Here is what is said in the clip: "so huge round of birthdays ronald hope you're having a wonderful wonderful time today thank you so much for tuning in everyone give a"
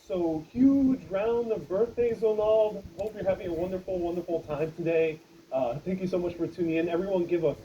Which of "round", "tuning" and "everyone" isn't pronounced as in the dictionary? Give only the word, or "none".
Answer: round